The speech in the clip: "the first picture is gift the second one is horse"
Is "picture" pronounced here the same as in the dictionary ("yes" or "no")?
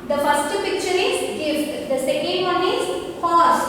yes